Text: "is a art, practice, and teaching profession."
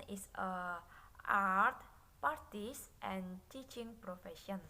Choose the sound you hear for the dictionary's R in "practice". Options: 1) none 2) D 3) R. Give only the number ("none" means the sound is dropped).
1